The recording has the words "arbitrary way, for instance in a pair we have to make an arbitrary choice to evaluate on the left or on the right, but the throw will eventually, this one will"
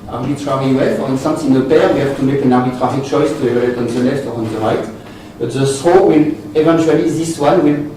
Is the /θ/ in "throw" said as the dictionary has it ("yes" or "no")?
no